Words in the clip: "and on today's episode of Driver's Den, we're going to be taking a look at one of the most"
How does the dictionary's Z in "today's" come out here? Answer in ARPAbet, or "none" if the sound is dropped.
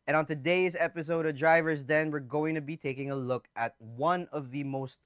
Z